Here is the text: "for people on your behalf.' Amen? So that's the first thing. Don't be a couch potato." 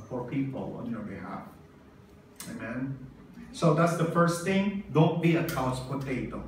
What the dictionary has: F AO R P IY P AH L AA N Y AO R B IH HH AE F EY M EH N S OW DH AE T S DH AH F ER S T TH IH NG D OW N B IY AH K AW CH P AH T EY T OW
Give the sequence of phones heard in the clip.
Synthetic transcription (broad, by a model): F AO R P IY P AH L AA N Y AO R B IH HH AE F EY M EH N S OW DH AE T S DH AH F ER S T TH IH NG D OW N B IY AH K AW S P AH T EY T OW